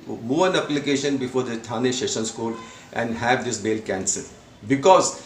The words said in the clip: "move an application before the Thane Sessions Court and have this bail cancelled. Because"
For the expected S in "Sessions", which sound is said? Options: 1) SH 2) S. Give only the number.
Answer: 1